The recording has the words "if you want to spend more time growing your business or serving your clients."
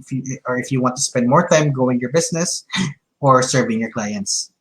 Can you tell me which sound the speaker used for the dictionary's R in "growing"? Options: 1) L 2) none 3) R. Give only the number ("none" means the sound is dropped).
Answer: 2